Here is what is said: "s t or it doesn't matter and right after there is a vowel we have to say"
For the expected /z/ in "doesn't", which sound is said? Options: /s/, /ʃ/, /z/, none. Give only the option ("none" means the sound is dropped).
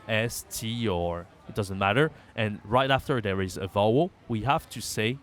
/z/